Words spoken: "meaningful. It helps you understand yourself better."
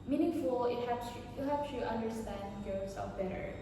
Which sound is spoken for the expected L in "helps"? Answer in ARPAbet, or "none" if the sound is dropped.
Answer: none